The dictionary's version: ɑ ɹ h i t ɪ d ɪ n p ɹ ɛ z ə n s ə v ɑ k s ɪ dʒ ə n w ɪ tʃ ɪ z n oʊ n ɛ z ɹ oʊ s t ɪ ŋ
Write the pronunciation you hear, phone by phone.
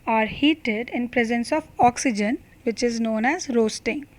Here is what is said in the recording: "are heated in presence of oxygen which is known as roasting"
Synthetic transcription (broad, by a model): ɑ ɹ h i t ɪ d ɪ n p ɹ ɛ z ə n s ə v ɑ k s ɪ dʒ ə n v ɪ tʃ ɪ z n oʊ n ɛ z ɹ oʊ s t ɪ ŋ